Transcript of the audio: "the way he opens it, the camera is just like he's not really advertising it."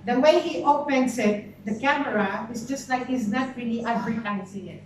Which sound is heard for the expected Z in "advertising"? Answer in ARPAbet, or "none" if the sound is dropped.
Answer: S